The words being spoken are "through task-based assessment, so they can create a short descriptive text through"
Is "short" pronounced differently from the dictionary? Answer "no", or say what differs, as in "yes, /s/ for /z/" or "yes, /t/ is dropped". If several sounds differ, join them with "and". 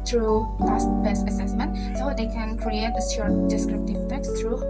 yes, /s/ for /ʃ/